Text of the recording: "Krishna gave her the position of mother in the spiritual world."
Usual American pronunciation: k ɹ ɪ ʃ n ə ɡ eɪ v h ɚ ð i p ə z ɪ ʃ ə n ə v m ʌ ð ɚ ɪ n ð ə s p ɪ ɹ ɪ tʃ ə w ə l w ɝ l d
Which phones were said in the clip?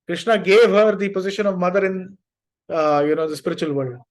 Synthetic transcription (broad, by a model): k ɹ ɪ ʃ n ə ɡ eɪ v h ɚ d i p ə z ɪ ʃ ə n ə v m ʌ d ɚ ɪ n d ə s p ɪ ɹ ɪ tʃ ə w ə l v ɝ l d